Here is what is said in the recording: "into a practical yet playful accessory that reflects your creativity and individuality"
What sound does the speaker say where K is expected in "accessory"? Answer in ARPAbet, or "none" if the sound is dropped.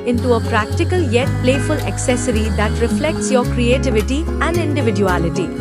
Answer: K